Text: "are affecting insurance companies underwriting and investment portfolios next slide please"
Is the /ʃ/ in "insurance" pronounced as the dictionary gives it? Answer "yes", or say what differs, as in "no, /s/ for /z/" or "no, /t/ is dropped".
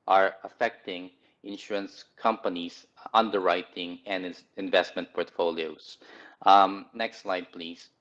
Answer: yes